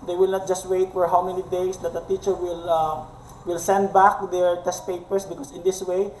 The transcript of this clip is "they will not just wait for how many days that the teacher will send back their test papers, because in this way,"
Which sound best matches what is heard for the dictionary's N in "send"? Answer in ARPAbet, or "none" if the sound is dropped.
N